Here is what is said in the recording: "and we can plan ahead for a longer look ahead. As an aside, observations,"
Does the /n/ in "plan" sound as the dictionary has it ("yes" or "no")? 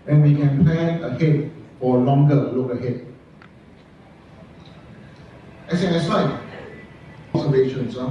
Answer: no